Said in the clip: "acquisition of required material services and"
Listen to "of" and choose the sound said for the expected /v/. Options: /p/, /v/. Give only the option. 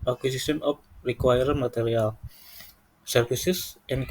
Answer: /p/